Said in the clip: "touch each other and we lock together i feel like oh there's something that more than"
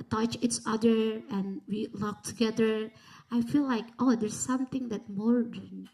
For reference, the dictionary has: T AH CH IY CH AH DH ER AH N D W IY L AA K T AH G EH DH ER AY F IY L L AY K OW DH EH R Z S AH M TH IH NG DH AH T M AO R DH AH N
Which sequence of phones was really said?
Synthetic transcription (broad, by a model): T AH CH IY S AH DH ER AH N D W IY L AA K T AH G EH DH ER AY F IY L L AY K OW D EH R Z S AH M T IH NG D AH T M AO R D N